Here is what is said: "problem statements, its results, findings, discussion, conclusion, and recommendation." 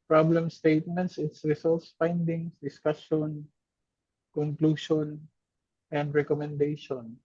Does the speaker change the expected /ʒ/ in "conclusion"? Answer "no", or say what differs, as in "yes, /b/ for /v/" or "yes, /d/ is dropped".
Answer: yes, /ʃ/ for /ʒ/